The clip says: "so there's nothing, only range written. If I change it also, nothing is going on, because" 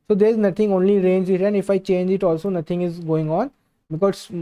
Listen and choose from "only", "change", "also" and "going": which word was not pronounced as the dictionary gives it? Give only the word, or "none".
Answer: none